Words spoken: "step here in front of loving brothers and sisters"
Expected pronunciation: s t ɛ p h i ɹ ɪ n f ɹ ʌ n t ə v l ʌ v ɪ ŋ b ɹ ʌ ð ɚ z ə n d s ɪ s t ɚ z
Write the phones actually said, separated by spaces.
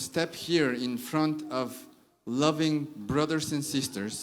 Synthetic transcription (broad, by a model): s t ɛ p h i ɹ ɪ n f ɹ ʌ n t ə v l ʌ v ɪ ŋ b ɹ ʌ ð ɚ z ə n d s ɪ s t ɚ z